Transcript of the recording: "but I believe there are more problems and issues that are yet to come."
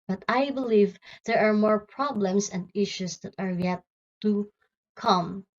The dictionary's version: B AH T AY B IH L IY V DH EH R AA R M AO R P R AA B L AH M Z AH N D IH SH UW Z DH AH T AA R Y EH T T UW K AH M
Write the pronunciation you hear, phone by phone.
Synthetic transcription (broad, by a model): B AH T AY B IH L IY V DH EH R AA R M AO R P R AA B L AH M S AH N D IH SH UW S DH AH T AA R Y EH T T UW K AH M